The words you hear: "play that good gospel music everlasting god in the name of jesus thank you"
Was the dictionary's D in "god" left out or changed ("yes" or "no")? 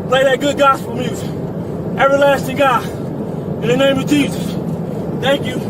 yes